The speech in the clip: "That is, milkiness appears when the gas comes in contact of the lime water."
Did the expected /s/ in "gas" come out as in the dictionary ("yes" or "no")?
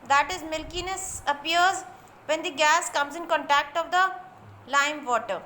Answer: yes